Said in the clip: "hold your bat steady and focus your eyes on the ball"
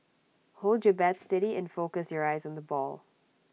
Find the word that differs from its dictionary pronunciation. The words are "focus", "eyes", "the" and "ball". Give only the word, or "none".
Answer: none